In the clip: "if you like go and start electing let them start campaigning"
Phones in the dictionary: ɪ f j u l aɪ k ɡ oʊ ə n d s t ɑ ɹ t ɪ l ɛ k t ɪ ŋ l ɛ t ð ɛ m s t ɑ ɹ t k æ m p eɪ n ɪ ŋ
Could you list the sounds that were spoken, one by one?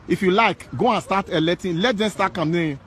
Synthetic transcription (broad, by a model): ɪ f j u l aɪ k ɡ oʊ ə n s t ɑ t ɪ l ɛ t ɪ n l ɛ t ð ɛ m s t ɑ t k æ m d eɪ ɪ